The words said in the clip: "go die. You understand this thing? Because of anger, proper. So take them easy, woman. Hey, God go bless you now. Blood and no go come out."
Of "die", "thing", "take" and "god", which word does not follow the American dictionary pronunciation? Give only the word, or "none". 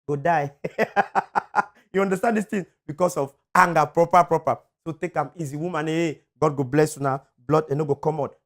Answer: thing